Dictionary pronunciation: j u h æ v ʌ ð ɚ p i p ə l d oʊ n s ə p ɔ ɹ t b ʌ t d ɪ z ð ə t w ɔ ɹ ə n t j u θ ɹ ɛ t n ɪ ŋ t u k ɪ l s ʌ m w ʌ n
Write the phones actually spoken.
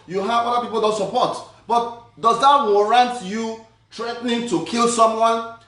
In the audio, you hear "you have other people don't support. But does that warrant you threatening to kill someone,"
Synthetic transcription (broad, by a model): j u h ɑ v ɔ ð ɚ p i p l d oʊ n s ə p ɔ t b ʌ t d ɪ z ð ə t w ɔ ɹ ə n t j u t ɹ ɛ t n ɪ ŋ t u k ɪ l s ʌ m w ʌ n